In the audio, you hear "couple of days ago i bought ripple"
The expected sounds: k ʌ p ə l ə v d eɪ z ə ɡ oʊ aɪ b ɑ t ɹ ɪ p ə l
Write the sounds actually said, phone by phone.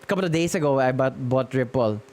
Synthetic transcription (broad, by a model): k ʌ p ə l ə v d eɪ s ə ɡ oʊ aɪ b ɑ t ɹ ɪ p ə l